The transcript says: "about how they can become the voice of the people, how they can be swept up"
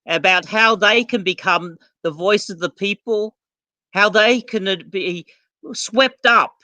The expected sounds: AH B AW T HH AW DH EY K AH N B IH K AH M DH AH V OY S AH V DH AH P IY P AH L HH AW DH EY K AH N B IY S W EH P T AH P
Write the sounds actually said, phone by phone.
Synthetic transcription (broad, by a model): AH B AW T HH AW DH EY K AH N B IH K AH M DH AH V OY S AH V DH AH P IY P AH L HH AW DH EY K AH N B IY S W EH P T AH P